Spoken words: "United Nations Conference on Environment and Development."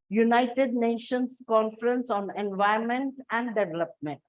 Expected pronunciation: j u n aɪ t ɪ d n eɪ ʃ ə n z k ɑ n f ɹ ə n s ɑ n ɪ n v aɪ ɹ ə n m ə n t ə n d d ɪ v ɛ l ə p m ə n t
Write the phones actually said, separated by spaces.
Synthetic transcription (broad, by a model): j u n aɪ t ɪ d n eɪ ʃ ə n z k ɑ n f ɹ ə n s ɑ n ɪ n v aɪ ə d m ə n t ə n d d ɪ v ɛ l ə p m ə n t